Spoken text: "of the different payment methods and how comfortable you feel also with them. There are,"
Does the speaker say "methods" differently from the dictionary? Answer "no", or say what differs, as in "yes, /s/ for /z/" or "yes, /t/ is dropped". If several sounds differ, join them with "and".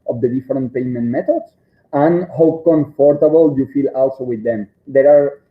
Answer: yes, /t/ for /θ/